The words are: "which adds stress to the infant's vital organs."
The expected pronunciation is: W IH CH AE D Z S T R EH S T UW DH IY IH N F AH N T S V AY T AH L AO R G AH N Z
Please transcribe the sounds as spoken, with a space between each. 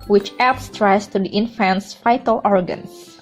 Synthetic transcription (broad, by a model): W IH CH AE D S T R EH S T UW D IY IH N F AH N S F AY T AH L AO R G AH N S